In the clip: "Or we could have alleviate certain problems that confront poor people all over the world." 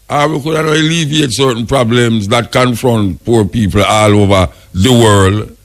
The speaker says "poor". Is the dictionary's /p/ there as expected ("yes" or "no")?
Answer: yes